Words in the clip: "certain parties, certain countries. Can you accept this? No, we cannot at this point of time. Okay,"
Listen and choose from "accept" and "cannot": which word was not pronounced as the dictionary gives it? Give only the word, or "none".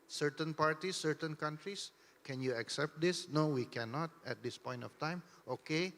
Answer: none